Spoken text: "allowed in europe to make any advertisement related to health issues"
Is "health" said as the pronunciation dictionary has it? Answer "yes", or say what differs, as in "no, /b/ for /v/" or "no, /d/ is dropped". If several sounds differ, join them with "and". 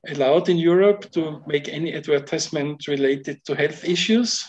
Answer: yes